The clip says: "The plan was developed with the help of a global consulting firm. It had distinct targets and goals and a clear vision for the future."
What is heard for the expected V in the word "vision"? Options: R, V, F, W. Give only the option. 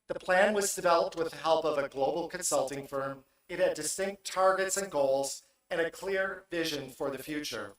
V